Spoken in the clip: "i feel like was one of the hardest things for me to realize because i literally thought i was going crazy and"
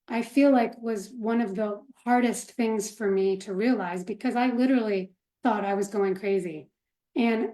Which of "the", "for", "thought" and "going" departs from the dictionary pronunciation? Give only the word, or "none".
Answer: none